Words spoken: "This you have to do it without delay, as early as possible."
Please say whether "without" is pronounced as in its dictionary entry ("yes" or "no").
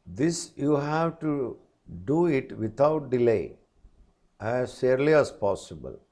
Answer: no